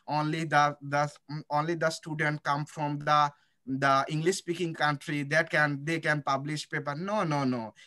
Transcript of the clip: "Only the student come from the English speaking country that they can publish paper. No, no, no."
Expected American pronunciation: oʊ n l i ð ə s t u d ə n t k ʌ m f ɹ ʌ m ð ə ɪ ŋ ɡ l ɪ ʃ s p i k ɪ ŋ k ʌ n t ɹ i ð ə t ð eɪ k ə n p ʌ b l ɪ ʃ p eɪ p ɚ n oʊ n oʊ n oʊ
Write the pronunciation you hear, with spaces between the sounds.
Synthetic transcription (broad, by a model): oʊ n l i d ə s t u d ə n t k ʌ m f ɹ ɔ m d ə ɪ ŋ ɡ l ɪ ʃ s p i k ɪ ŋ k ʌ n t ɹ i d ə t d eɪ k ə n p ʌ b l ɪ ʃ p eɪ p ɚ n oʊ n oʊ n oʊ